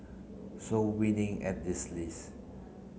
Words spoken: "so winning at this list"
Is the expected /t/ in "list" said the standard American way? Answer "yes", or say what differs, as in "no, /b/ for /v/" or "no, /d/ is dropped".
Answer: no, /t/ is dropped